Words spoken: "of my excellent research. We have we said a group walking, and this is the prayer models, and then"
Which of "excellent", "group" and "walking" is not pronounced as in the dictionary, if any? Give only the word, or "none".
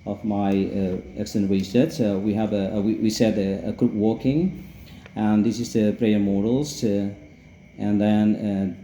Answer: excellent